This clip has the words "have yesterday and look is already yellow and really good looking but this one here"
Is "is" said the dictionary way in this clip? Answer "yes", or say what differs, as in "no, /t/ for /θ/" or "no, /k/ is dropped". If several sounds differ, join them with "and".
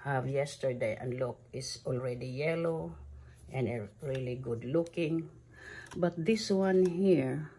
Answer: no, /s/ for /z/